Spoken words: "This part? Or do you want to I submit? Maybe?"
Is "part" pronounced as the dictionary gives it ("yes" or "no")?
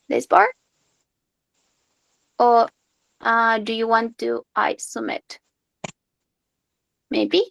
no